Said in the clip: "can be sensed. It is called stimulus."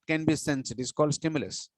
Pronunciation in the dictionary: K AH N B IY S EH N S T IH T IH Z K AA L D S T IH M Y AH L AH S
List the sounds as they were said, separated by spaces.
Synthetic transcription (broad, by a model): K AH N B IY S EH N S IH T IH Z K AA L D S T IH M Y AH L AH S